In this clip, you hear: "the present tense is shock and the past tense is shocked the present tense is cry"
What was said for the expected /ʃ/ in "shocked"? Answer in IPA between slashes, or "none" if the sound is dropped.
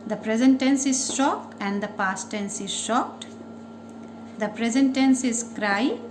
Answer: /ʃ/